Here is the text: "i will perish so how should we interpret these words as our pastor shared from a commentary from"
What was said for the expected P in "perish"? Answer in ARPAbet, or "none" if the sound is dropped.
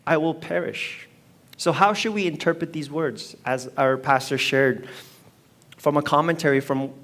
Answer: P